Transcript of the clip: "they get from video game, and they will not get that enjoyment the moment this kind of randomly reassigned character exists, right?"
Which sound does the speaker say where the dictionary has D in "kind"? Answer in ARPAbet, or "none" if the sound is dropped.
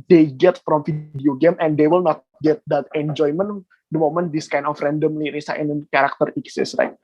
none